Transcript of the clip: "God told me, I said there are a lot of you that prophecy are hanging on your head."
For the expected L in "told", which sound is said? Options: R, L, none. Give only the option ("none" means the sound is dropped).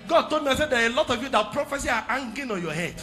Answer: none